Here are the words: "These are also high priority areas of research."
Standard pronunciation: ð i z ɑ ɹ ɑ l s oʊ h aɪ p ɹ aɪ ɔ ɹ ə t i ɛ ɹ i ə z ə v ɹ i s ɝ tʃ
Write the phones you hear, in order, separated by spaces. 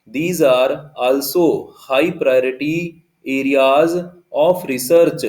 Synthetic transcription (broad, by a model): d i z ɑ ɹ ɑ l s oʊ h aɪ p ɹ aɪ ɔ ɹ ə t i ɛ ɹ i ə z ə p ɹ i s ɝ tʃ